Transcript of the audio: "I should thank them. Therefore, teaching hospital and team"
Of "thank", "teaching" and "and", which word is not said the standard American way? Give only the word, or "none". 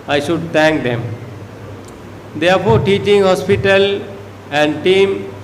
thank